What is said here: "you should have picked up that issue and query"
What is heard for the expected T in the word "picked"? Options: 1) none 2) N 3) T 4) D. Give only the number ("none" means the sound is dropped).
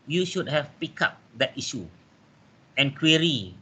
1